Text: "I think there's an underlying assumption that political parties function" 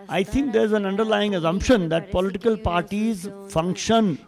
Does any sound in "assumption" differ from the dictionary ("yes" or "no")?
no